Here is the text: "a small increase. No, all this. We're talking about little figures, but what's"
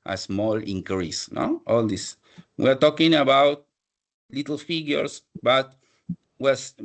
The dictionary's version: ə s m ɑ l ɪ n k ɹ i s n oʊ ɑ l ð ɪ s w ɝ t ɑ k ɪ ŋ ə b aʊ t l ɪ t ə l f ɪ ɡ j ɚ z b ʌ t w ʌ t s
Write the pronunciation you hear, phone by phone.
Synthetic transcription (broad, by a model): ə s m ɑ l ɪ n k ɹ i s n oʊ ɑ l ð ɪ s w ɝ t ɑ k ɪ ŋ ə b aʊ t l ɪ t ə l f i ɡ j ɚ s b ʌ t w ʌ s